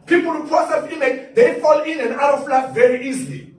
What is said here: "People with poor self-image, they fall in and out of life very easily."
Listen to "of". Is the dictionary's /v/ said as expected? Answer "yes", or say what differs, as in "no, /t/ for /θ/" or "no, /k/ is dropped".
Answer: no, /f/ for /v/